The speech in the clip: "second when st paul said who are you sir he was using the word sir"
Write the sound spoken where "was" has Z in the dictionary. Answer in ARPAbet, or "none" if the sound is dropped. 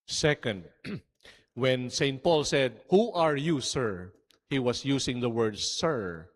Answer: S